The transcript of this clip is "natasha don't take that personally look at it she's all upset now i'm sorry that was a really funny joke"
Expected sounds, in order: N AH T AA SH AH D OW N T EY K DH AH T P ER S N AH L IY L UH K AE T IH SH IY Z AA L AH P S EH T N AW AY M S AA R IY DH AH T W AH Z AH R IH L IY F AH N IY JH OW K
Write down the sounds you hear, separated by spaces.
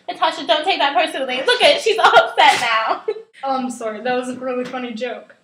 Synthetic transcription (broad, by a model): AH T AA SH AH D OW N T EY K DH AH T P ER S AH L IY L UH K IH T SH IY Z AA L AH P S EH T N AW AY M S AA R IY DH AH T W AH Z AH R IH L IY F AH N IY JH OW K